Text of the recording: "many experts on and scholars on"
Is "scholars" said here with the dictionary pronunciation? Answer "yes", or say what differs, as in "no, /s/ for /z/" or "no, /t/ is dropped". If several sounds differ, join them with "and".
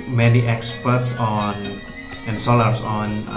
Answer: no, /k/ is dropped and /s/ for /z/